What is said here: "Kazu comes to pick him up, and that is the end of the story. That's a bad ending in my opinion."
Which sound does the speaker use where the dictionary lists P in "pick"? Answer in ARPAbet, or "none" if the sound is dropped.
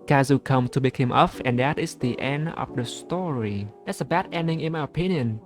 B